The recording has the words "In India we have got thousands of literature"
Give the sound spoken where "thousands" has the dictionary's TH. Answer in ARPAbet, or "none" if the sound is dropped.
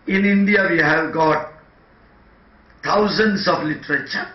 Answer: T